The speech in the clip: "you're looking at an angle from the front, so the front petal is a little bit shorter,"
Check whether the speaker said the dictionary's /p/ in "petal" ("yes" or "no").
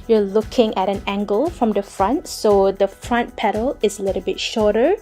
yes